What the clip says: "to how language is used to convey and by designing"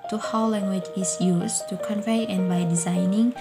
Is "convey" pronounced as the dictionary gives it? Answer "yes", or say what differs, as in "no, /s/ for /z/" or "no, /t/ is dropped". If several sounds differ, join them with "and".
yes